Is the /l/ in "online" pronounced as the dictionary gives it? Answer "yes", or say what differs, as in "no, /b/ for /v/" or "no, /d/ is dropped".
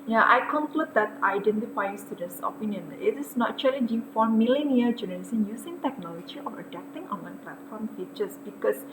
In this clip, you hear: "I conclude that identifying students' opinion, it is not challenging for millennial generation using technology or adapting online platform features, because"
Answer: no, /l/ is dropped